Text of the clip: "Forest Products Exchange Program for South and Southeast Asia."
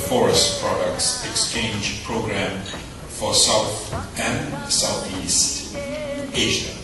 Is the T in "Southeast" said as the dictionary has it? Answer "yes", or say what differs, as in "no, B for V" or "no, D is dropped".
yes